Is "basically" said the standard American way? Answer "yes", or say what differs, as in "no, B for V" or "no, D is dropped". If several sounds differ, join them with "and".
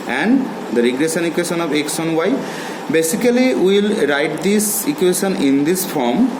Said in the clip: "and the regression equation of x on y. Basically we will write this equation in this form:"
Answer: no, L is dropped